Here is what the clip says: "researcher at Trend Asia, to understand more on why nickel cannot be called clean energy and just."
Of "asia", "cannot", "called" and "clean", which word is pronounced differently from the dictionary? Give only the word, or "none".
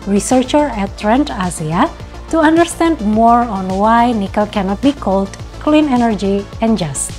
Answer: asia